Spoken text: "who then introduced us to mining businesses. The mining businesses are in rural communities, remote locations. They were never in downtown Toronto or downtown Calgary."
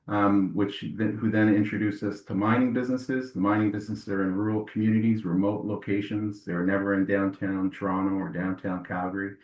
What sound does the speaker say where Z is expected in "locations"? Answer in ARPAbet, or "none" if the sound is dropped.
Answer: Z